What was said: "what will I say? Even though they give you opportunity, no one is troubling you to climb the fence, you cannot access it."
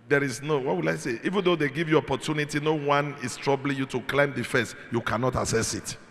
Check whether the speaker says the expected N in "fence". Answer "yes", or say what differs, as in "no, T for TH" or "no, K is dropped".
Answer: no, N is dropped